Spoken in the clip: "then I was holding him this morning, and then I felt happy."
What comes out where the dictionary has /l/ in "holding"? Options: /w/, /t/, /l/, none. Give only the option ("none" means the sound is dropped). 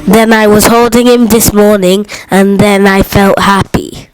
/l/